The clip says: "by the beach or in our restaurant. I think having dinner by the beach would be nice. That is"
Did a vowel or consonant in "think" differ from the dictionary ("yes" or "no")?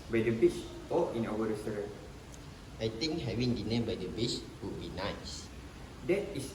yes